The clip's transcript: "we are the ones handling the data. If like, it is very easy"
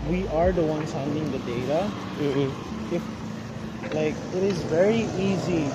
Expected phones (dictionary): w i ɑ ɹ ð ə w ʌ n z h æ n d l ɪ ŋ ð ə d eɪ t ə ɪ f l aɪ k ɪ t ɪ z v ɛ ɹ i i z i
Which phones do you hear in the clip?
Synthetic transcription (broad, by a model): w i ɑ ɹ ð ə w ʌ n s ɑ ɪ n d ɪ ŋ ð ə d eɪ t ə ɪ f l aɪ k ɪ t ɪ z v ɛ ɹ i i z i